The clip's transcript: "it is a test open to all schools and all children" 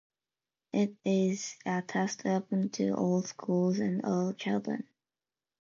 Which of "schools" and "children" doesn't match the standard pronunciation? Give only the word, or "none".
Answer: none